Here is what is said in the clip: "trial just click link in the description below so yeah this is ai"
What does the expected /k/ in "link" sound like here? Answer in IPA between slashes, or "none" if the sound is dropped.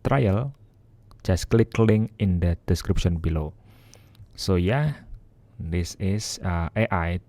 none